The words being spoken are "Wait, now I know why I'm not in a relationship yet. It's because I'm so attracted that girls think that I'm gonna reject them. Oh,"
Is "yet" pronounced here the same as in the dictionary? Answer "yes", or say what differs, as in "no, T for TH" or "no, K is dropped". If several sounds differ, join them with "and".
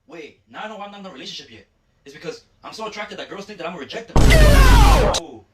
no, T is dropped